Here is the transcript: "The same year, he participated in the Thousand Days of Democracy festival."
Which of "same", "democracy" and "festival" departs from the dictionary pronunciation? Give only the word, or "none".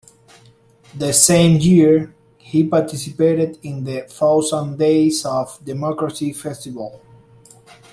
none